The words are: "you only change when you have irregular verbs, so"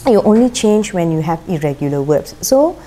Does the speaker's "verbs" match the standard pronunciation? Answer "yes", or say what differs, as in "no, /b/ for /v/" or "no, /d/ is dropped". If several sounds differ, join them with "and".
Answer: no, /w/ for /v/